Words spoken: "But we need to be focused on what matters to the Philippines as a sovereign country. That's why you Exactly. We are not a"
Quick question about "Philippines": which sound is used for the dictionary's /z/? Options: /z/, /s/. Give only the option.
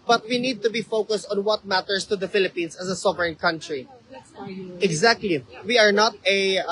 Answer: /s/